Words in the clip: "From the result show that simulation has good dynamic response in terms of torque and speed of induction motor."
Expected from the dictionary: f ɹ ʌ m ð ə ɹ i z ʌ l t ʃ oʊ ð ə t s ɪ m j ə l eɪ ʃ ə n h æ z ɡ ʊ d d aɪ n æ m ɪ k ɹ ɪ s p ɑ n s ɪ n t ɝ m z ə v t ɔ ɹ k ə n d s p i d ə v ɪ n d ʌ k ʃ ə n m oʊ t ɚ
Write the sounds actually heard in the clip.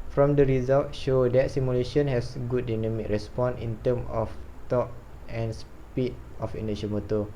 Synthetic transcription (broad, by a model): f ɹ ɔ m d ə ɹ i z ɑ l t ʃ oʊ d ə t s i m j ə l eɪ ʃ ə n h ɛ s ɡ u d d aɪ n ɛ m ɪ k ɹ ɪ s p ɑ n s ɪ n t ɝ m ə f t ɔ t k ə n s p i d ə f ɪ n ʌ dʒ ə m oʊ t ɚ